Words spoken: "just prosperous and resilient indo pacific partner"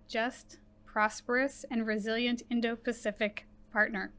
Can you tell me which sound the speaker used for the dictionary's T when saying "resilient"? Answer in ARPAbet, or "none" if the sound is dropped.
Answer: T